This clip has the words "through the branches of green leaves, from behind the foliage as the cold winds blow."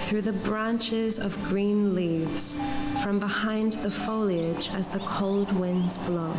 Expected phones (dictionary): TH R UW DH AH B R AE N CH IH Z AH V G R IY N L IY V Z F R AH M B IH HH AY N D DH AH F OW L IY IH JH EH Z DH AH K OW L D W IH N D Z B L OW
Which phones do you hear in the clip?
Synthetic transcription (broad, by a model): TH R UW DH AH B R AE N CH IH Z AH V G R IY N L IY V Z F R AH M B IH HH AY N DH AH F OW L IY IH JH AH Z DH AH K OW L D W IH N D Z B L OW